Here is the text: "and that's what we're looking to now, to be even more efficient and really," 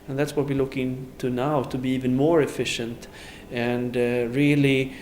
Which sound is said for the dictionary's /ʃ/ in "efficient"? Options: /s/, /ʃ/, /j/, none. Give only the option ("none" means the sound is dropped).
/ʃ/